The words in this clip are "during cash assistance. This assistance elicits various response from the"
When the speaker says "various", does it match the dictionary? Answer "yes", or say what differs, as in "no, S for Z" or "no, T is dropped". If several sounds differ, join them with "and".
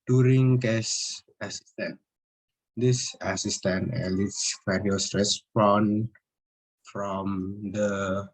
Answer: no, F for V